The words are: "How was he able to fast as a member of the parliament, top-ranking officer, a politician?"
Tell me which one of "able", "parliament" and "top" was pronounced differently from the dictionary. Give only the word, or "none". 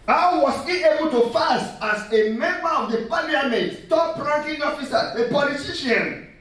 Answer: parliament